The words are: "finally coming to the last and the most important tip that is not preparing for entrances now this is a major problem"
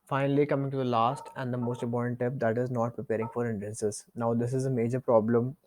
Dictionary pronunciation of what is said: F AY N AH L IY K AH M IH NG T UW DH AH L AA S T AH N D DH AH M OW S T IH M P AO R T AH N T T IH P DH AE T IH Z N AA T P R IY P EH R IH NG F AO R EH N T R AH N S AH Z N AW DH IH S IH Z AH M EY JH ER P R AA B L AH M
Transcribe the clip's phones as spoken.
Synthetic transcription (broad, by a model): F AY N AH L IY K AH M IH NG T UW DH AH L AA S T AH N D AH M OW S T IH P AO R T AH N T T IH P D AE T IH Z N AA T P R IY P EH R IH NG F AO R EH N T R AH N S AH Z N AW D IH S IH Z AH M EY JH ER P R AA B L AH M